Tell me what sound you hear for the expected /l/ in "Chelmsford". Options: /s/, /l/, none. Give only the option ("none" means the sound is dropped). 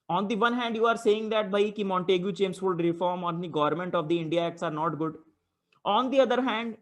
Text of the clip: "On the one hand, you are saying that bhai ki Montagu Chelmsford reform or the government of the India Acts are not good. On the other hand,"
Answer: none